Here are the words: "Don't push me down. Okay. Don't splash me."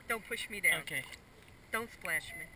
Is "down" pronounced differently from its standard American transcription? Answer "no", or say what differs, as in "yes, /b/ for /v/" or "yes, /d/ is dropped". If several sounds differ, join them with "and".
yes, /n/ is dropped